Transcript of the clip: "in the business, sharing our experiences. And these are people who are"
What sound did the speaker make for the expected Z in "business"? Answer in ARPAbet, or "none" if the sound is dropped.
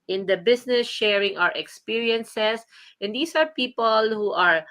S